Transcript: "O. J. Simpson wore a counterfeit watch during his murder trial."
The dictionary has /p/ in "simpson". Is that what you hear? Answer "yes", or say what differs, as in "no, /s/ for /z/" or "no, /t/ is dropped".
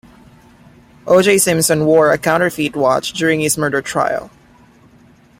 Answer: no, /p/ is dropped